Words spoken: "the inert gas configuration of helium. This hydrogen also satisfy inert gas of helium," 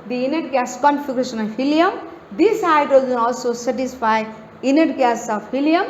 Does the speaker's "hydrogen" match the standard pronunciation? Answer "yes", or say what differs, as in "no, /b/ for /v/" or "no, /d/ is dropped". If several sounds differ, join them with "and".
no, /ɹ/ is dropped